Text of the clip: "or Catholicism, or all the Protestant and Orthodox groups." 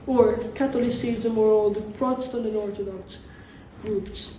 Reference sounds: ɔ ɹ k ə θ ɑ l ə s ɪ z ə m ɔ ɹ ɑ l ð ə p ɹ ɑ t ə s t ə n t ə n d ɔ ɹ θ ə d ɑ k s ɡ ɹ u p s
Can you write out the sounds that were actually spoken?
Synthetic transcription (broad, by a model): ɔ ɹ k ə t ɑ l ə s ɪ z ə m ɔ ɹ ɑ l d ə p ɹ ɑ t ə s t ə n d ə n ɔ ɹ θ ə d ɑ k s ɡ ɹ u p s